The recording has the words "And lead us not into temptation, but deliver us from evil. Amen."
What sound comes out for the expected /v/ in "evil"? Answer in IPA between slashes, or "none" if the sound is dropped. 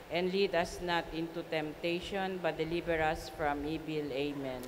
/b/